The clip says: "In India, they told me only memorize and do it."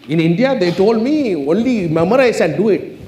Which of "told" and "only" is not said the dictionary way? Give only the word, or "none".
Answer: none